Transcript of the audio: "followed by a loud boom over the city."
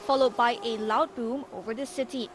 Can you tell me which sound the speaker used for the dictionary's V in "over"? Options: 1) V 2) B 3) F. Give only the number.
1